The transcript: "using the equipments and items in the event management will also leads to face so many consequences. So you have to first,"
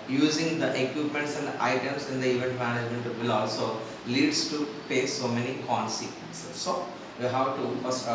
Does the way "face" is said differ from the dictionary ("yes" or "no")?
yes